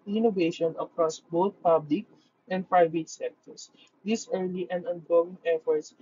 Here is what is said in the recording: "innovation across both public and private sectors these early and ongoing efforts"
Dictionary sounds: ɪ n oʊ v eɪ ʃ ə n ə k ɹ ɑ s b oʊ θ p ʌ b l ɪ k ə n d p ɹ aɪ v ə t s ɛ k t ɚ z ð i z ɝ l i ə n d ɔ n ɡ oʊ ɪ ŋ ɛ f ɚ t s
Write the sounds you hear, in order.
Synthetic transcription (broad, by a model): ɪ n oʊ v eɪ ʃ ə n ə k ɹ ɑ s b oʊ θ p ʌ b l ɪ k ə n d p ɹ aɪ v ə t s ɛ k t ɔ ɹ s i s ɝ l i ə n ɔ n ɡ oʊ ɪ ŋ ɛ f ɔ t s